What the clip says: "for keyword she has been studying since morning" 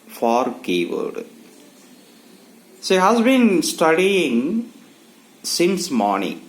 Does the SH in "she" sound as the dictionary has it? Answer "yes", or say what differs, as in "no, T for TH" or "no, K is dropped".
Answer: no, S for SH